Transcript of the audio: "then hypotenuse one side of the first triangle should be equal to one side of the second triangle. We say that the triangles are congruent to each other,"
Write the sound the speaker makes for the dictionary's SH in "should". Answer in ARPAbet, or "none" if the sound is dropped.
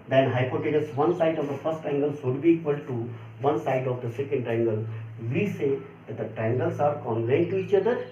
S